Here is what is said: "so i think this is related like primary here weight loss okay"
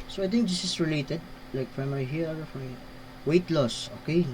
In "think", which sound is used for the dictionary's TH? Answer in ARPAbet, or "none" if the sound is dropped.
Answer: T